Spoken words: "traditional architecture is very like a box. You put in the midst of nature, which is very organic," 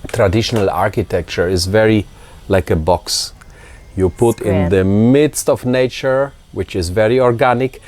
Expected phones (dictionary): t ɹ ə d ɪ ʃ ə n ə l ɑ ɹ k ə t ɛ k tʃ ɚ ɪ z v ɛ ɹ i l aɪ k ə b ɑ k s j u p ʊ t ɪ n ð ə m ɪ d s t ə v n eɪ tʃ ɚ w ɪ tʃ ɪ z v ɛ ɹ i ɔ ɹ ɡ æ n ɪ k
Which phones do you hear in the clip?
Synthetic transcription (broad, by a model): t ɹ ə d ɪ ʃ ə n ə l ɑ ɹ k ə t ɛ k tʃ ɚ ɪ z v ɛ ɹ i l aɪ k ə b ɑ k s j u p ʊ t ɪ n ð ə m ɪ d s t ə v n eɪ tʃ ɚ w ɪ tʃ ɪ z v ɛ ɹ i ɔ ɹ ɡ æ n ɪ k